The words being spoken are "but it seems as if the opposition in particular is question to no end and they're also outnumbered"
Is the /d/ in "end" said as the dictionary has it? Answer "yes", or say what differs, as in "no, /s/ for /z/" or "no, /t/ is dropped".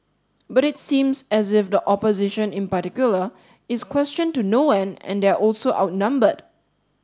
no, /d/ is dropped